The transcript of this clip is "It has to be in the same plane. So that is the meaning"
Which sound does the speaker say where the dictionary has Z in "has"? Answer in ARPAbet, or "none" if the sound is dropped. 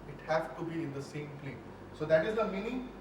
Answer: S